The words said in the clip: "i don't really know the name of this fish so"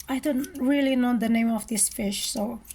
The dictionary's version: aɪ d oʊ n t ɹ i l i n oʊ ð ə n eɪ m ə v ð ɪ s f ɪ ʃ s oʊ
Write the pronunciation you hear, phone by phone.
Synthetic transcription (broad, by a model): aɪ d oʊ n t ɹ i l i n oʊ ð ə n eɪ m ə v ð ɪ s f ɪ ʃ s oʊ